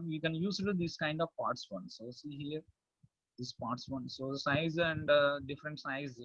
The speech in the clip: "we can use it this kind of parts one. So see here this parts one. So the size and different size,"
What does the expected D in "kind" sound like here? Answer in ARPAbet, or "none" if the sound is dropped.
D